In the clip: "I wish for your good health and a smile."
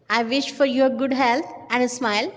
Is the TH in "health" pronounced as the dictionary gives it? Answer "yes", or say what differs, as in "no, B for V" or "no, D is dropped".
no, T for TH